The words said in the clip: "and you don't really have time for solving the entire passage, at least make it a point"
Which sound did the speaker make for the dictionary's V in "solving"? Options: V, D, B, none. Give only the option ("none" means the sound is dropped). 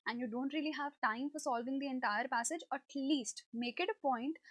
V